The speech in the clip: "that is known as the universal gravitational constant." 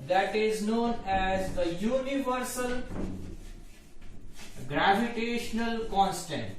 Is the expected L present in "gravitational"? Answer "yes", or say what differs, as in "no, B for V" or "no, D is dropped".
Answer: yes